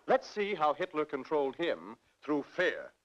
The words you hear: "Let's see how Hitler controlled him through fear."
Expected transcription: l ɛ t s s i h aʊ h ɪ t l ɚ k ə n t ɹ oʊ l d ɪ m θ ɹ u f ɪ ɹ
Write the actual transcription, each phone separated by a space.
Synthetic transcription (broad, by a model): l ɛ t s s i h aʊ h ɪ t l ɚ k ə n t ɹ oʊ l d ɪ m θ ɹ u f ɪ ɹ